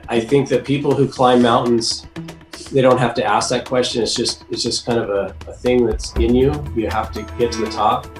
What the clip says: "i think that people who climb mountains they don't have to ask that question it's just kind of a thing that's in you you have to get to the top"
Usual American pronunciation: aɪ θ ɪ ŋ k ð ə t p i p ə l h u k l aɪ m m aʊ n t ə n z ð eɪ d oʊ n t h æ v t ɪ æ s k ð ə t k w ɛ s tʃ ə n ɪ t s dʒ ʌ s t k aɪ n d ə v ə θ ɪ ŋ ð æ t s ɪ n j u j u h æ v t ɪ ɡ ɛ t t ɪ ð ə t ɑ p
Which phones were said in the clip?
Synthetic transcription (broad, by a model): aɪ θ ɪ ŋ k ð ə t p i p l h u k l aɪ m m aʊ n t n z ð eɪ d oʊ n t h æ f t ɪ æ s k ð ə t k w ɛ s tʃ ə n ɪ t s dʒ ʌ s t k aɪ n d ə v ə θ ɪ ŋ ð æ t s ɪ n j u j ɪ h æ f t ɪ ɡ ɛ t t ɪ ð ə t ɑ p